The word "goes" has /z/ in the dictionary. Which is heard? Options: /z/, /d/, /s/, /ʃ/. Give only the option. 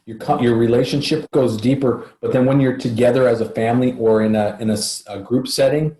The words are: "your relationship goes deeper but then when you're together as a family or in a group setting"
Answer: /z/